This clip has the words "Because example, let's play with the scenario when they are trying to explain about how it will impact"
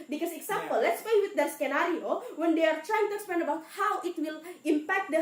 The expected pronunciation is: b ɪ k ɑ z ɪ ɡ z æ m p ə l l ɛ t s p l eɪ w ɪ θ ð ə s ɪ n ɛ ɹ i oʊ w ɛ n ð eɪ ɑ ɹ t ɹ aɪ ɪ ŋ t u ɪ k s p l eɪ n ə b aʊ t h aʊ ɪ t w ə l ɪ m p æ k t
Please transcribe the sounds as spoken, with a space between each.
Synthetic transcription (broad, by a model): b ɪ k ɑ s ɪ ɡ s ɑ m p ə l l ɛ t s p eɪ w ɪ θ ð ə s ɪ n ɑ ɹ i oʊ w ɛ n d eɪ ɑ ɹ t ɹ aɪ ɪ ŋ t u ɪ k s p l eɪ n ə b aʊ t h aʊ ɪ t w ə l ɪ m p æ k t